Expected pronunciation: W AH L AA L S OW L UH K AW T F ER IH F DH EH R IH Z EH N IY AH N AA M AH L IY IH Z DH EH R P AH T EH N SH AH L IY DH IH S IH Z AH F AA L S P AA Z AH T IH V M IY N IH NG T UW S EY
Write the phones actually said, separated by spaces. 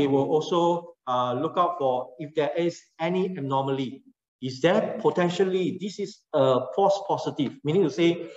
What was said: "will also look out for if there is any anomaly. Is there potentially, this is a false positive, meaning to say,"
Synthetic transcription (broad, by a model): W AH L AA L S OW L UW K AW T F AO IH F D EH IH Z EH N IY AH N AA M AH L IY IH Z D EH P AH T EH N SH AH L IY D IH S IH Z AH P AA S P AA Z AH T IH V M IY N IH NG T UW S EY